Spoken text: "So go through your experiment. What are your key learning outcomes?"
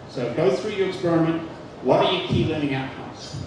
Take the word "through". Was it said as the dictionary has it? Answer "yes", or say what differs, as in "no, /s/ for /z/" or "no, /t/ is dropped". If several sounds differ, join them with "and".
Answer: yes